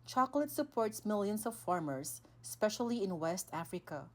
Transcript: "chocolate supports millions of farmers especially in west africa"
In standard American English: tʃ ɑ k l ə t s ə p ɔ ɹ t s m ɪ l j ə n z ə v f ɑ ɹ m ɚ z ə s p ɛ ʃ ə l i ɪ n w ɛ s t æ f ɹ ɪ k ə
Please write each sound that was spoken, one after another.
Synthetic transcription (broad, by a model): tʃ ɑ k l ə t s ə p ɔ ɹ t s m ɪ l j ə n s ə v f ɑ ɹ m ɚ s ə s p ɛ ʃ ə l i ɪ n w ɛ s t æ f ɹ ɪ k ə